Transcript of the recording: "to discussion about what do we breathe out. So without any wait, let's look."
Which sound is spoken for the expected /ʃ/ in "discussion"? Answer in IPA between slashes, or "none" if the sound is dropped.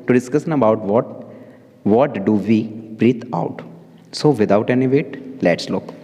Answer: /s/